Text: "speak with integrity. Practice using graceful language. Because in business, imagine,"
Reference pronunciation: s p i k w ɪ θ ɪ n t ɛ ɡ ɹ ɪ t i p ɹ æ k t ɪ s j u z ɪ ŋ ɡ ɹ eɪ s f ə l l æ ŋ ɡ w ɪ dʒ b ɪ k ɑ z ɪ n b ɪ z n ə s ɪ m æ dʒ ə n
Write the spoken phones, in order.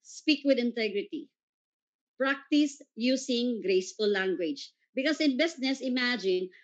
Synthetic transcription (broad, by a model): s p i k w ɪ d ɪ n t ɛ ɡ ɹ ɪ t i p ɹ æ k t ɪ s j u s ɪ ŋ ɡ ɹ eɪ s f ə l l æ ŋ ɡ w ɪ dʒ b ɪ k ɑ s ɪ n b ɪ s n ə s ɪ m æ dʒ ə n